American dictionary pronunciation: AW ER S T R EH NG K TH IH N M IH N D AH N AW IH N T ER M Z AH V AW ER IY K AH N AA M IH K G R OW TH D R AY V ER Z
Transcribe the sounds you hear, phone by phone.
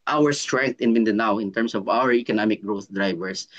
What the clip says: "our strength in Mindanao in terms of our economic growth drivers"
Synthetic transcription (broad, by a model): AW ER S T R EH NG K T IH N M IH N D AH N AW IH N T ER M S AH V AW ER IY K AH N AA M IH K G R OW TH D R AY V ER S